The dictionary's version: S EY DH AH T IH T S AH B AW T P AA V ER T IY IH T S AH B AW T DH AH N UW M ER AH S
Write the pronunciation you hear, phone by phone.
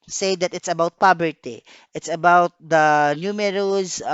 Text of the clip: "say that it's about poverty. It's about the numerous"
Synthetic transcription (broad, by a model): S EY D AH T IH T S AH B AW T P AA B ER T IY IH T S AH B AW T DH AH N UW M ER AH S